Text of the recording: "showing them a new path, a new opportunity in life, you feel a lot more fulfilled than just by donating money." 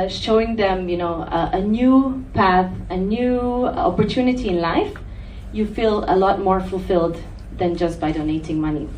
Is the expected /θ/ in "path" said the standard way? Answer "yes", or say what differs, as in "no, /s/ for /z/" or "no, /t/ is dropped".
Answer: yes